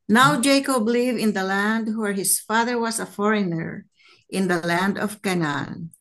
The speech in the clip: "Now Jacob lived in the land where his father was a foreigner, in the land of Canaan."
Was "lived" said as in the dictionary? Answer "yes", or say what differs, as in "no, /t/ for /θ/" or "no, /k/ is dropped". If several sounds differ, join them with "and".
no, /d/ is dropped